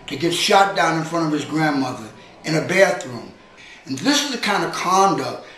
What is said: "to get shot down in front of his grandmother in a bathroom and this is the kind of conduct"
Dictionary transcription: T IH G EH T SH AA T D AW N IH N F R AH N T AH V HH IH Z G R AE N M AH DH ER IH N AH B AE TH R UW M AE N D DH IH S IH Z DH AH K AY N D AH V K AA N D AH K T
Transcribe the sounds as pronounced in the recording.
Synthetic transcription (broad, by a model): T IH G EH T SH AA T D AW N IH N F R AH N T AH V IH Z G R AE N M AH DH ER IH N AH B AE TH R UW M N DH IH S IH Z DH AH K AY N D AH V K AA N D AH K T